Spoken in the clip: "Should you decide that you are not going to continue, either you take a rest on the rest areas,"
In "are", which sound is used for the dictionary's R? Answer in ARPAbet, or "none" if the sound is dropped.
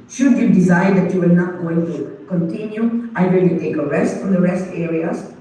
L